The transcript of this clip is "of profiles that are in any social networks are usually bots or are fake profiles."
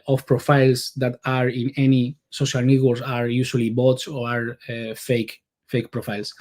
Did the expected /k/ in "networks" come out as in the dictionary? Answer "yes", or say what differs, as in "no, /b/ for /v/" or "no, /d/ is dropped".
no, /k/ is dropped